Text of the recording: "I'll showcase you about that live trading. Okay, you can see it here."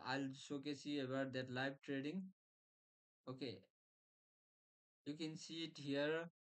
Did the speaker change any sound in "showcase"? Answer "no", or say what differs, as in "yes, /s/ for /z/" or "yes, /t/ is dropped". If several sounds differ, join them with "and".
yes, /s/ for /ʃ/